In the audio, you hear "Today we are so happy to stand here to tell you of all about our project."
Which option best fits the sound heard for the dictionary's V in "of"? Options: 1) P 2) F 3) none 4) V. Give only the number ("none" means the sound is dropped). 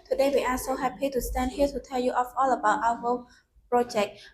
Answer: 2